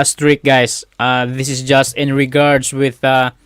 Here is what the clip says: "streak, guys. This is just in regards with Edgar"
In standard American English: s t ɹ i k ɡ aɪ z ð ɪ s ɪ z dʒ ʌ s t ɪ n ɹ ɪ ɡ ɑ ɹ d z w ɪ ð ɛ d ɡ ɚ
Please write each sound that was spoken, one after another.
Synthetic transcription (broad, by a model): s t ɹ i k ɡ aɪ s ð ɪ s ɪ s dʒ ʌ s t ɪ n ɹ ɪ ɡ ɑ ɹ d s w ɪ ð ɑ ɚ